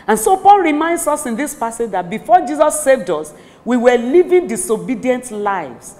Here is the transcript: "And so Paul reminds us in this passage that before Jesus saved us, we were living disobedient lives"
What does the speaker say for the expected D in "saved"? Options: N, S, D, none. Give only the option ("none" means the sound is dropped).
D